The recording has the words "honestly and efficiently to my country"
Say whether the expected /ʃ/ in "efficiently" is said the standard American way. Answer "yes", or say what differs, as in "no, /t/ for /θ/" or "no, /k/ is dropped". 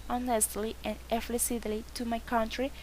no, /s/ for /ʃ/